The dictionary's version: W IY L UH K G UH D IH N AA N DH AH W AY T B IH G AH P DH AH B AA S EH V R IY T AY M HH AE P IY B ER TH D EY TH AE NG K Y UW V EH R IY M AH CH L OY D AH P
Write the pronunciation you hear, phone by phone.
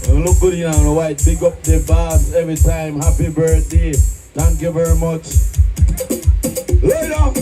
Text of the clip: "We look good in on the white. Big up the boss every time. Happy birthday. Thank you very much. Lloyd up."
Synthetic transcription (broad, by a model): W L UH K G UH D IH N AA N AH W AY T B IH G AH P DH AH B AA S EH V R IY T AY M HH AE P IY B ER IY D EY T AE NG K Y UW V EH R IY M AH CH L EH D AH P